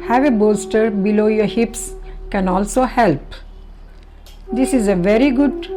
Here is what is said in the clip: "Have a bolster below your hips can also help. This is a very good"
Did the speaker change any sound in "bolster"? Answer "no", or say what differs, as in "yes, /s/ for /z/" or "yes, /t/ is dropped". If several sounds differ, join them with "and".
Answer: yes, /l/ is dropped